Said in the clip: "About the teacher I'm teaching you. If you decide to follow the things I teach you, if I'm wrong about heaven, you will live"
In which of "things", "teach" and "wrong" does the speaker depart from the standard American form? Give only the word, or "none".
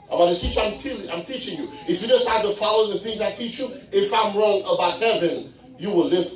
none